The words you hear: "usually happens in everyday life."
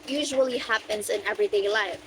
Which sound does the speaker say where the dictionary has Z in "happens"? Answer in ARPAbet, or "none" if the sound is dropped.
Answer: Z